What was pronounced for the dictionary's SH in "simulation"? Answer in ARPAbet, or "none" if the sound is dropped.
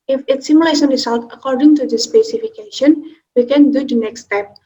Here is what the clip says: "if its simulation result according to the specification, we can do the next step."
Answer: S